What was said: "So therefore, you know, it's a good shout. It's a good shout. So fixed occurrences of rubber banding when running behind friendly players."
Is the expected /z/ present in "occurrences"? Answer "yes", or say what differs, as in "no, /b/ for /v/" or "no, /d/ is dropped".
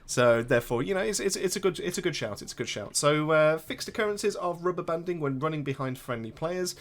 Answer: yes